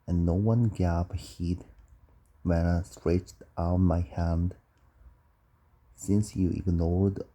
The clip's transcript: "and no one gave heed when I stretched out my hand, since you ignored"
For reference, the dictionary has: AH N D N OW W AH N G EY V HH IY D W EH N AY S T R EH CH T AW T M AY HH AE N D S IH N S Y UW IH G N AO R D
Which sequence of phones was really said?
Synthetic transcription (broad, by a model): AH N N OW W AH N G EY P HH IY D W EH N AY S T R EH CH T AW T M AY HH AE N D S IH N S Y UW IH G N AO R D